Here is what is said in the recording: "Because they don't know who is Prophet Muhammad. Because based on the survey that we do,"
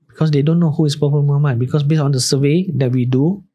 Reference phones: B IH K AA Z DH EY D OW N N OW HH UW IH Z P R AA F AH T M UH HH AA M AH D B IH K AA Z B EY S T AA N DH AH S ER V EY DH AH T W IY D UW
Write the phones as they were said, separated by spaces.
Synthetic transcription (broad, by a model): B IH K AA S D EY D OW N N OW HH UW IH S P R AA P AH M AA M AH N B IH K AA S B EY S AA N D AH S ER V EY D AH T W IY D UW